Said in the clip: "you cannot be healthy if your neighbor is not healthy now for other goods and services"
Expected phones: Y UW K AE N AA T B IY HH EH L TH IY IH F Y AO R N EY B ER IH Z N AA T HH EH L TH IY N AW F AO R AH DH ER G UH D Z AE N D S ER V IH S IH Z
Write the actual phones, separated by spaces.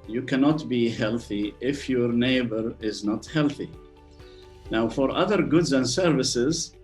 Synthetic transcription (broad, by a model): Y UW K AE N AA T B IY HH EH L TH IY IH F Y AO R N EY B ER IH Z N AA T HH EH L TH IY N AW F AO R AH DH ER G UH D Z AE N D S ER V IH S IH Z